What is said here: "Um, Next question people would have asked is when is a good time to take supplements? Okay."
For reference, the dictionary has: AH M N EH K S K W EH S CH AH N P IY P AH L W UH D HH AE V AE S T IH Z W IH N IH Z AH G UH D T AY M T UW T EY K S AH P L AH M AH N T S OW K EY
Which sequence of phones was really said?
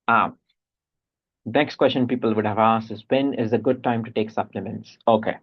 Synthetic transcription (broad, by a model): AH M N EH K S K W EH S CH AH N P IY P AH L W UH D HH AE V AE S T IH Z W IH N IH Z AH G UH D T AY M T UW T EY K S AH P L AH M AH N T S OW K EY